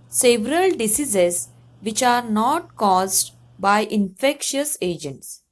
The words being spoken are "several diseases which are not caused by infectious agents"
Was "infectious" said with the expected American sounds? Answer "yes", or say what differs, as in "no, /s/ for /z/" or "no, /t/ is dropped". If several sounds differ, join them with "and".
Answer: yes